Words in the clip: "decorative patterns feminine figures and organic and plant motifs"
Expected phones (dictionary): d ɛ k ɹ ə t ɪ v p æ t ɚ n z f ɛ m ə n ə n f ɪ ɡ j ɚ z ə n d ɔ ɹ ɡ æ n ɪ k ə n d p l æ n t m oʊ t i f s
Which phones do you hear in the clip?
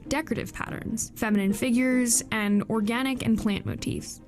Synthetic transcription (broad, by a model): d ɛ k ɹ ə t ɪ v p æ t ɚ n z f ɛ m ə n ə n f ɪ ɡ j ɚ z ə n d ɔ ɹ ɡ æ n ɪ k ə n p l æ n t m oʊ t i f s